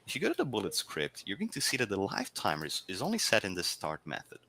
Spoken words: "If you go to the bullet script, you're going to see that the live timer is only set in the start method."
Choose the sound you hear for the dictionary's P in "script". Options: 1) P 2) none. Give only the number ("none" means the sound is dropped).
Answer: 1